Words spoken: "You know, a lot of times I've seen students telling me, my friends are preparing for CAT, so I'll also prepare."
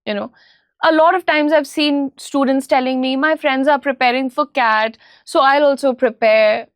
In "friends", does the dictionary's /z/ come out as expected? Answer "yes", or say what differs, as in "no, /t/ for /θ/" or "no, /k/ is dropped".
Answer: yes